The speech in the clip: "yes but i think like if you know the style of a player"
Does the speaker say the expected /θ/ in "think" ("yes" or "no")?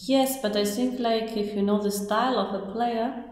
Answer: no